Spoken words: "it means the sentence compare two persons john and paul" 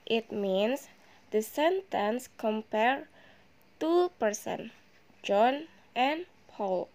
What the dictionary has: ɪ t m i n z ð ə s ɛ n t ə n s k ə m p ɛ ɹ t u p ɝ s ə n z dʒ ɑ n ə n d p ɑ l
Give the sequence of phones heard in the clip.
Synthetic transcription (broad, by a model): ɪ t m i n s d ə s ɛ n t ə n s k ə m p ɛ ɹ t u p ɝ s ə n dʒ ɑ n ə n p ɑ l